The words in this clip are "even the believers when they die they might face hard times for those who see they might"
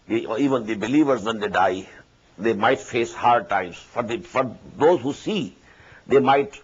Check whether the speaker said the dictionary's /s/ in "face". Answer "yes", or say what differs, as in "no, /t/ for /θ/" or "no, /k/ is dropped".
yes